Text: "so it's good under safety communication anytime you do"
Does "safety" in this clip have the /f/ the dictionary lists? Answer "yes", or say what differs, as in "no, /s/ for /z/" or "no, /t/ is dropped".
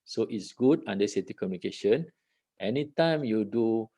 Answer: no, /f/ is dropped